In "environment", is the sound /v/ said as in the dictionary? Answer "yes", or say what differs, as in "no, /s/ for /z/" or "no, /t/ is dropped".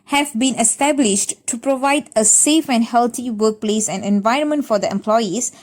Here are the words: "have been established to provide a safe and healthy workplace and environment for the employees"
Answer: yes